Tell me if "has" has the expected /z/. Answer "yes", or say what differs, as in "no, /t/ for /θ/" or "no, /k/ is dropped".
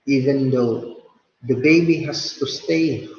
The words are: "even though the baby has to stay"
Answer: no, /s/ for /z/